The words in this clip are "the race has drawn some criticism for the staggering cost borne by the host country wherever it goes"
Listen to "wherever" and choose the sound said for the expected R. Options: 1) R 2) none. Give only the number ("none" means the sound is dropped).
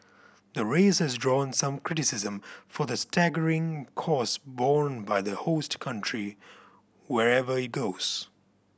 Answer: 1